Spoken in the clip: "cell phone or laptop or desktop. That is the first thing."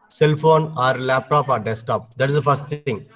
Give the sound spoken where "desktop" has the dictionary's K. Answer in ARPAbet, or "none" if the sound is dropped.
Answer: none